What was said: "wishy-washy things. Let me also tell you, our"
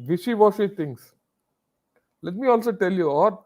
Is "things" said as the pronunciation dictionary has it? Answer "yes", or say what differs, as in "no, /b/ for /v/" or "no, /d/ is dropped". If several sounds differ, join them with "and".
no, /t/ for /θ/